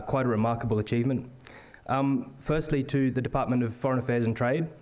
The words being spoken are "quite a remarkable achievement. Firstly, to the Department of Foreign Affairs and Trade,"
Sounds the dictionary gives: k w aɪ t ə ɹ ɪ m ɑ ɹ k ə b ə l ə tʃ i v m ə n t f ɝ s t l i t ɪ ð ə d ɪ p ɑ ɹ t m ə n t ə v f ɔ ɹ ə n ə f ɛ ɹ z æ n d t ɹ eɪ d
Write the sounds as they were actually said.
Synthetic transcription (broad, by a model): k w aɪ t ə ɹ ɪ m ɑ ɹ k ə b ə l ə tʃ i v m ə n t f ɝ s t l i t ɪ ð ə d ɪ p ɑ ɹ t m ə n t ə v f ɔ ɹ ə n ə f ɛ ɹ z n t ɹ eɪ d